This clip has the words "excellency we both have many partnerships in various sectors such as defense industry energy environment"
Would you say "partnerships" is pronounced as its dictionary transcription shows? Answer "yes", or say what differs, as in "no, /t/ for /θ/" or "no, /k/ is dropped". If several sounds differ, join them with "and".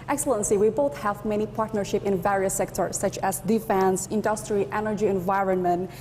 no, /s/ is dropped